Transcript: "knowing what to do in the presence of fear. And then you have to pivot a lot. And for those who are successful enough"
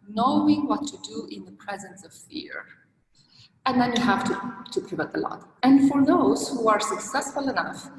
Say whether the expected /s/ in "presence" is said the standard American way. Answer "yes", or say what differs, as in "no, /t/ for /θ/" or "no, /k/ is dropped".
yes